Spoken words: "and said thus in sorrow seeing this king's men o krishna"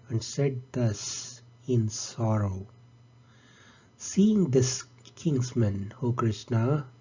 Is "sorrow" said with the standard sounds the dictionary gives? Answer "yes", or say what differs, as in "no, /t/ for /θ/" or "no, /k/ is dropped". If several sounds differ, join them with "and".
yes